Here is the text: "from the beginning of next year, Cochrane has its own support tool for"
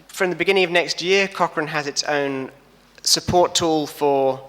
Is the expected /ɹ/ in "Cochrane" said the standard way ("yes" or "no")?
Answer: yes